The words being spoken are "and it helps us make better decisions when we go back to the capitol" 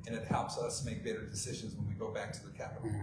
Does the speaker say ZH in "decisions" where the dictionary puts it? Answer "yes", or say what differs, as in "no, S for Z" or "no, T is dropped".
yes